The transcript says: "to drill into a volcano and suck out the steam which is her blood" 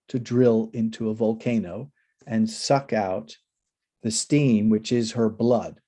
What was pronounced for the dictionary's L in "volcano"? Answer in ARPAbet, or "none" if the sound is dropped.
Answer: L